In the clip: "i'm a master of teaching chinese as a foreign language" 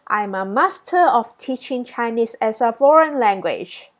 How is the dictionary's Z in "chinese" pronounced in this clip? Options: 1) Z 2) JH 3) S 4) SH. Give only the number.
3